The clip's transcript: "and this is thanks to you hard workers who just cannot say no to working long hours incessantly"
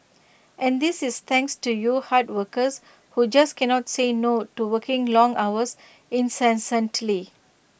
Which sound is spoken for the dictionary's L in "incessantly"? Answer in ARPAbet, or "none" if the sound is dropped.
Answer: L